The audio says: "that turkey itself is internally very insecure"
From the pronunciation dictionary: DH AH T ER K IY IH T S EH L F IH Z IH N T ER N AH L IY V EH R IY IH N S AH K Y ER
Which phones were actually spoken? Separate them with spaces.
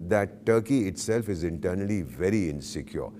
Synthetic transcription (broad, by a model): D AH T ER K IY IH T S EH L F IH Z IH N T ER N AH L IY V EH R IY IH N S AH K Y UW